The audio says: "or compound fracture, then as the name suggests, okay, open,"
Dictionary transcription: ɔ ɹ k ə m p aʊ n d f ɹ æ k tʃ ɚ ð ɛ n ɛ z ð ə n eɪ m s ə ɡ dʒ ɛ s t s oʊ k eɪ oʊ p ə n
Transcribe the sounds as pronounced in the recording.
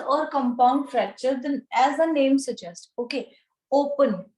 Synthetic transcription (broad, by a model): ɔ ɹ k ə m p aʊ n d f ɹ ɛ tʃ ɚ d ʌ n ɛ z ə n eɪ m s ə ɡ dʒ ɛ s t oʊ k eɪ oʊ p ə n